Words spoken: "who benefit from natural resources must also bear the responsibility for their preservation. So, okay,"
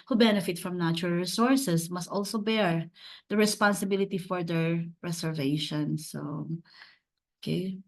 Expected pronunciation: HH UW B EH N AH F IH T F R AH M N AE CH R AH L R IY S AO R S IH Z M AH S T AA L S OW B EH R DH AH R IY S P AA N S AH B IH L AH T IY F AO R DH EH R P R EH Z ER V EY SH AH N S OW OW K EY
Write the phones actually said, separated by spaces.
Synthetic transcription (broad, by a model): HH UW B EH N AH F IH T F R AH M N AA CH R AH L R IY S AO R S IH S M AH S T AA L S OW B EH R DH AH R IY S P AA N S AH B IH L AH T IY F AO R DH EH R R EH S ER V EY SH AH N S OW OW K EY